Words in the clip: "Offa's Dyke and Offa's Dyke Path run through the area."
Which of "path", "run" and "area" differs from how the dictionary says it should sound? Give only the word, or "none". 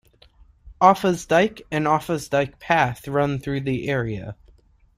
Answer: none